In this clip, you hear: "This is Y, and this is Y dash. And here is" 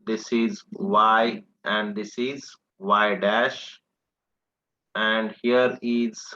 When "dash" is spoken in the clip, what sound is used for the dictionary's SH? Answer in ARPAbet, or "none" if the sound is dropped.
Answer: SH